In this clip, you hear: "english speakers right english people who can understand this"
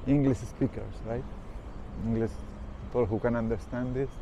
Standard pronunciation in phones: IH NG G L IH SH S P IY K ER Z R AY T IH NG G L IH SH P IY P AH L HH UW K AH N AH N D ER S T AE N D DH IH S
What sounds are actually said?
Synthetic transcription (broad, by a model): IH NG G L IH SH S P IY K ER S R AY T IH NG G L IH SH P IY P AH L HH UW K AH N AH N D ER S T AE N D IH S